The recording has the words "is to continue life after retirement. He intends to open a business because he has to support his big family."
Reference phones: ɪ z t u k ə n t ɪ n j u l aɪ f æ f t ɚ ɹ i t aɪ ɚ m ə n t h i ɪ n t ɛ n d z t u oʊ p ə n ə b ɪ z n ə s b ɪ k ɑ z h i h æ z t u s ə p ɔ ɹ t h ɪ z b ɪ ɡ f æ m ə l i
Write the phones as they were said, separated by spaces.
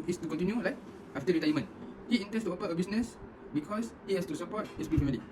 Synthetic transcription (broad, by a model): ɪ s t u k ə n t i n j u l aɪ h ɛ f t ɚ ɹ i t aɪ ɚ m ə n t h i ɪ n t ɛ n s t u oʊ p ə ə b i s n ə s b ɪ k ɑ s h i h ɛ s t u s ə p ɔ t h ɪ s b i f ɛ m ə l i